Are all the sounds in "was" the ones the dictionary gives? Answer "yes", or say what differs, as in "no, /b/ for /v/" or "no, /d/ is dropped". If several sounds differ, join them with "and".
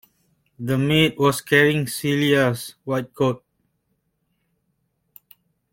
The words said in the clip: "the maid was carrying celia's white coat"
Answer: no, /s/ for /z/